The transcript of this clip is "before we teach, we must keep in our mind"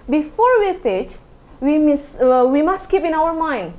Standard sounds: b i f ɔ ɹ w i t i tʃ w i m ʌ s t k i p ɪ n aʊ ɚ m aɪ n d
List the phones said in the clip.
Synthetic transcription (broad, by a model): b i f ɔ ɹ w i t i s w i m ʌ s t k i p ɪ n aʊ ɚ m aɪ n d